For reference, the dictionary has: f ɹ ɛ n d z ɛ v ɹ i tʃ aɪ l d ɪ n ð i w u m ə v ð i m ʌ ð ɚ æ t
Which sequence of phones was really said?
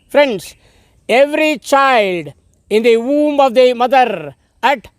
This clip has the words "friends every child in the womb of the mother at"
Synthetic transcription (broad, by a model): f ɹ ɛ n d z ɛ v ɹ i tʃ aɪ l d ɪ n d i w u m ə v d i m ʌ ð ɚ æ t